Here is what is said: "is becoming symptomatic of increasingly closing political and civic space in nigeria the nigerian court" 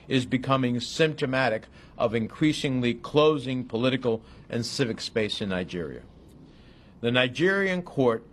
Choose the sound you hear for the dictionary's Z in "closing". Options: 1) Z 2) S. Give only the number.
1